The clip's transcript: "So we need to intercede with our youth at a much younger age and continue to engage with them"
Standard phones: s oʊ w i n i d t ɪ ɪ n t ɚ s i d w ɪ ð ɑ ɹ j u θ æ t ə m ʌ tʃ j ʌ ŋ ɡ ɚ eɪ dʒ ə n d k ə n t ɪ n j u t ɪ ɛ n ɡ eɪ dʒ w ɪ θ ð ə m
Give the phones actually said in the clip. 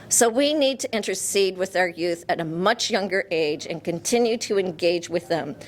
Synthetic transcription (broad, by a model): s oʊ w i n i d t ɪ ɪ n t ɚ s i d w ɪ ð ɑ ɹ j u θ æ t ə m ʌ tʃ j ʌ ŋ ɡ ɚ eɪ dʒ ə n k ə n t ɪ n j u t ɪ ɛ n ɡ eɪ dʒ w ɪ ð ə m